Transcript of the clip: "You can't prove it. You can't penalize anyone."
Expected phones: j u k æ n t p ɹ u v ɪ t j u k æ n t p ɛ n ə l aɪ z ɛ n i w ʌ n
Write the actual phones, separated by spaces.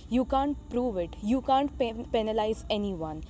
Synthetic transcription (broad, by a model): j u k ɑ n t p ɹ u v ɪ t j u k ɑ n t p ɛ n ə l aɪ z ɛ n i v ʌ n